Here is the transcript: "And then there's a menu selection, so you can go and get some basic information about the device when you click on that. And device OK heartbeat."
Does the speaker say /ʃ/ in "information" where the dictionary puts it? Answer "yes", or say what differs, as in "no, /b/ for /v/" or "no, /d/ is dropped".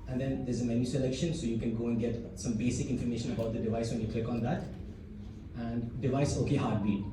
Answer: yes